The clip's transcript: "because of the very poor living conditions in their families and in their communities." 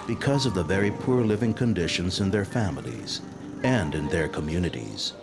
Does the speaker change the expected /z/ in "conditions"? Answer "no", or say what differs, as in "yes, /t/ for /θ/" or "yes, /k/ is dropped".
no